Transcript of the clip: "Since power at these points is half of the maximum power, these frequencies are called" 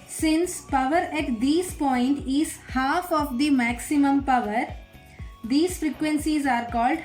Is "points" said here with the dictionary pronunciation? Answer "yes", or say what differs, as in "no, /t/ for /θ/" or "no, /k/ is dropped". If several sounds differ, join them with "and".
no, /s/ is dropped